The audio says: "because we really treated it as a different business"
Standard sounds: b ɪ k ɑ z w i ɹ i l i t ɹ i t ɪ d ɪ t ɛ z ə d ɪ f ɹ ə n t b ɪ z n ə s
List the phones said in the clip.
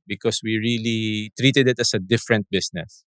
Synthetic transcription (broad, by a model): b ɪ k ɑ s w i ɹ i l i t ɹ i t ɪ d ɪ t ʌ s ə d ɪ f ɹ ə n t b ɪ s n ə s